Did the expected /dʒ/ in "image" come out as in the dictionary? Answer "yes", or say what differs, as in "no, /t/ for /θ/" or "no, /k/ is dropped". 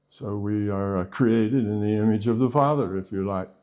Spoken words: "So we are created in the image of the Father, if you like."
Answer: yes